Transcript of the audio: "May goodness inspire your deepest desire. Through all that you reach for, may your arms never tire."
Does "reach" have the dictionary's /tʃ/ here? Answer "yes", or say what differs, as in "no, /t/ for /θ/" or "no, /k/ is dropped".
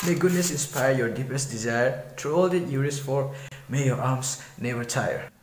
no, /s/ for /tʃ/